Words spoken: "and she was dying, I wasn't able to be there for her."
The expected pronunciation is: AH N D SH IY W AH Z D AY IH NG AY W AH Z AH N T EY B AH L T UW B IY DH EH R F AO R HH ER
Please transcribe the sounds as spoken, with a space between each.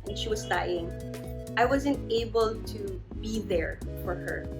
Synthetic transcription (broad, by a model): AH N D SH IY W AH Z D AY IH NG AY W AH Z AH N T EY B AH L T UW B IY DH EH R F AO R HH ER